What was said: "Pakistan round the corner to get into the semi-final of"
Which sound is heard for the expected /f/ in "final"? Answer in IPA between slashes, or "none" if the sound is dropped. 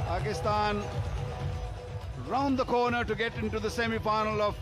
/p/